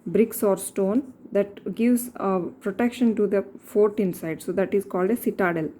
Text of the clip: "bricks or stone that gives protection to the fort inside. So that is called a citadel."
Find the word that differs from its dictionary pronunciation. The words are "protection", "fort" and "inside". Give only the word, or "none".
none